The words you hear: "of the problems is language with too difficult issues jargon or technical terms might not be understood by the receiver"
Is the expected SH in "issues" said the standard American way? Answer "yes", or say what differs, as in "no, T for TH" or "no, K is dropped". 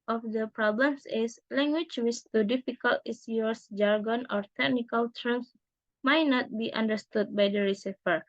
no, S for SH